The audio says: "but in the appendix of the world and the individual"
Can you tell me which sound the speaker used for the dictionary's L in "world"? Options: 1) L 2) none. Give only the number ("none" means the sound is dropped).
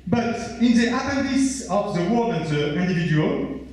2